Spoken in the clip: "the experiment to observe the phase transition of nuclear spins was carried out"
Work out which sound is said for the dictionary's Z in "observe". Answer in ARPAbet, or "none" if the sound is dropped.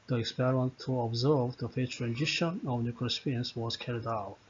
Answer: Z